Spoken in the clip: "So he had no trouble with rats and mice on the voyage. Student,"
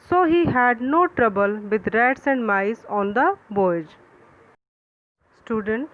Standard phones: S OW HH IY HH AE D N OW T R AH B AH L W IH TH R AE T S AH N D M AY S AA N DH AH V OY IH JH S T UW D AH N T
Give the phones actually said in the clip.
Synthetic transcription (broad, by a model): S OW HH IY HH AE D N OW T R AH B AH L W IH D R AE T S AH N D M AY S AA N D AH B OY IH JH S T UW D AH N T